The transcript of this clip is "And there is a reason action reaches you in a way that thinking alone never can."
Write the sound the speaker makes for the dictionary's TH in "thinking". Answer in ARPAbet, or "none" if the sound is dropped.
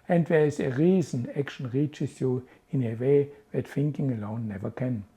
F